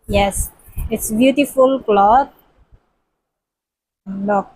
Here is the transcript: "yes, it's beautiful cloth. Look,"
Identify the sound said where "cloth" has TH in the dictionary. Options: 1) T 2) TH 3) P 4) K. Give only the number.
1